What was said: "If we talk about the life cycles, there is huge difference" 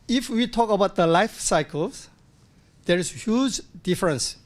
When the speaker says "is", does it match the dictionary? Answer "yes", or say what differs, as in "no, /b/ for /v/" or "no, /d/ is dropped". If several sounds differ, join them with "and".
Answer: no, /s/ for /z/